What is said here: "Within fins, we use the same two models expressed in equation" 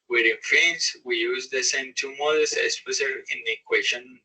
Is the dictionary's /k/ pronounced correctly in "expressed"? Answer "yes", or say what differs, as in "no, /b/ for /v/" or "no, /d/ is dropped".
no, /k/ is dropped